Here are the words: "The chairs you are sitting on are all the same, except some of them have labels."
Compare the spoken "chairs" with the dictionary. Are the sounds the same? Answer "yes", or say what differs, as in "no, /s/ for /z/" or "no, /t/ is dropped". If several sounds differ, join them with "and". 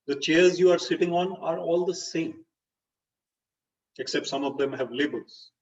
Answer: yes